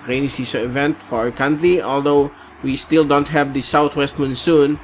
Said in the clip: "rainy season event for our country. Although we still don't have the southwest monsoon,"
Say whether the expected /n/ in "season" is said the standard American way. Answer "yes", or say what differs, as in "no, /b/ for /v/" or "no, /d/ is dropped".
no, /n/ is dropped